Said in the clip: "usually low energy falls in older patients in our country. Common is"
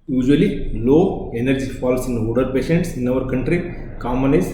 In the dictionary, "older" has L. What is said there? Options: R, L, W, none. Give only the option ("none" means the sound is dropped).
none